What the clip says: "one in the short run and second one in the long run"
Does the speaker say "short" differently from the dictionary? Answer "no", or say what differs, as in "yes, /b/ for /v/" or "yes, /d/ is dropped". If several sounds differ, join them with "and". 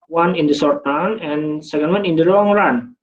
yes, /s/ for /ʃ/